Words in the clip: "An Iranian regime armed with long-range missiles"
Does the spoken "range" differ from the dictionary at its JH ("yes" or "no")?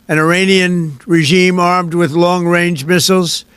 no